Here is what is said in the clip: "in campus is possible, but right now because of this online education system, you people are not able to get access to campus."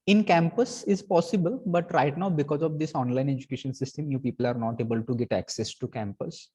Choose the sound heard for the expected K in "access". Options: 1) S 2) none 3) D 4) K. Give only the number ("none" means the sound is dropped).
4